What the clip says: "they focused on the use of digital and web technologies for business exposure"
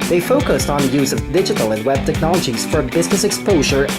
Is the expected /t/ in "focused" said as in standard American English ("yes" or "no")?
yes